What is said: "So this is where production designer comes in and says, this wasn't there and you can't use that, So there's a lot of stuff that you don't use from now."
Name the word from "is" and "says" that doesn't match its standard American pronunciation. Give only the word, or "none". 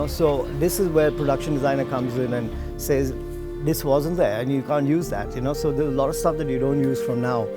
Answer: none